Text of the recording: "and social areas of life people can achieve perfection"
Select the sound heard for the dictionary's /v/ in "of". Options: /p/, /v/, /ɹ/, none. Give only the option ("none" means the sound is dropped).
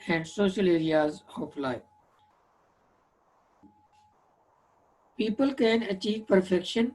/p/